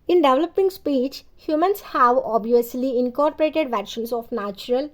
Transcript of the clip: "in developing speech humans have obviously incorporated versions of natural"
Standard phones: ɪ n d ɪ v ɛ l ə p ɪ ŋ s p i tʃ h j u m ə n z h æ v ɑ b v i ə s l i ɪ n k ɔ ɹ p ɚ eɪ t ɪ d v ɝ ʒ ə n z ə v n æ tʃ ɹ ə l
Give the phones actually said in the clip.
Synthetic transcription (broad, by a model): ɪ n d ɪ v l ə p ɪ ŋ s p i tʃ h j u m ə n s h æ v ɑ b v i ə s l i ɪ n k ɔ ɹ p ɚ eɪ t ɪ d v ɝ ʃ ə n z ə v n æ tʃ ɹ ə l